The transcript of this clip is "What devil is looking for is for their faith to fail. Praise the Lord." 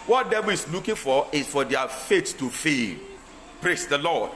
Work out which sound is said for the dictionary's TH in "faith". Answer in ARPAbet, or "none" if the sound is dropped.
T